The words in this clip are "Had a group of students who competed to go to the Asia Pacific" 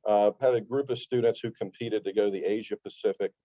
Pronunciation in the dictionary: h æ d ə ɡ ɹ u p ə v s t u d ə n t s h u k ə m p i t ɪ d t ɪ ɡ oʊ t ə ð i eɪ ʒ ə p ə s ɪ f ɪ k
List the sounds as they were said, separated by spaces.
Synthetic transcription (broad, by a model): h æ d ə ɡ ɹ u p ə v s t u d n t s h u k ə m p i t ɪ d t ɪ ɡ oʊ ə ð i eɪ ʒ ə p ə s ɪ f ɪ k